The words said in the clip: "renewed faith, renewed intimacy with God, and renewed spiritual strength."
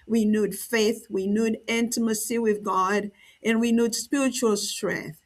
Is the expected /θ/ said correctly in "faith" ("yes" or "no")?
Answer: yes